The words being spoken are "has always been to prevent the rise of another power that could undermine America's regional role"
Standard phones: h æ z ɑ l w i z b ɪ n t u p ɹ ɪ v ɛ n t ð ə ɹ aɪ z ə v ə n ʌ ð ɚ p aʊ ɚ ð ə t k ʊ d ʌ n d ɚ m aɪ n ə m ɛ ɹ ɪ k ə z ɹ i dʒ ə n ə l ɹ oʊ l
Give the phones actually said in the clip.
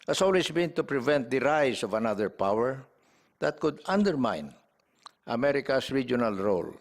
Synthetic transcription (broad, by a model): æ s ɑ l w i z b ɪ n t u p ɹ ɪ v ɛ n t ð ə ɹ aɪ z ə v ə n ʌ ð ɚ p aʊ ɚ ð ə t k ʊ d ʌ n d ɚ m aɪ n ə m ɛ ɹ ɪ k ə s ɹ i dʒ ə n ə l ɹ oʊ l